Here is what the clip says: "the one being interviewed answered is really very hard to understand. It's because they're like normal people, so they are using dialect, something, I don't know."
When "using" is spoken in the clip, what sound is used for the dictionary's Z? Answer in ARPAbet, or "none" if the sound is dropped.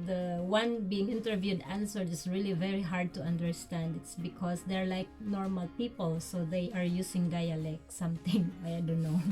S